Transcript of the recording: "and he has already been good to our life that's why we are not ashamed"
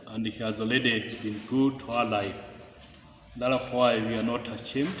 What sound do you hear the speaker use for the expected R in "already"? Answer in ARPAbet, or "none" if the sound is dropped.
L